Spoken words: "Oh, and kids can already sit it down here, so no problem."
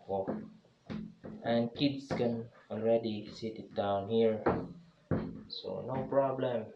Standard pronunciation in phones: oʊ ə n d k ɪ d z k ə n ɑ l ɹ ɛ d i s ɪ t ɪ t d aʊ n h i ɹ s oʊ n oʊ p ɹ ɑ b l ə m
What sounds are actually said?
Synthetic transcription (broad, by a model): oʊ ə n k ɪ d s k ə n ɑ l ɹ ɛ d i s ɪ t ɪ t d aʊ n h i ɹ s oʊ n oʊ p ɹ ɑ b l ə m